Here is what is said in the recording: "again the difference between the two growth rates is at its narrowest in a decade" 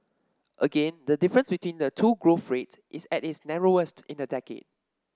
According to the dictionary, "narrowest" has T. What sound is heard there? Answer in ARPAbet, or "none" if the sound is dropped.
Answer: T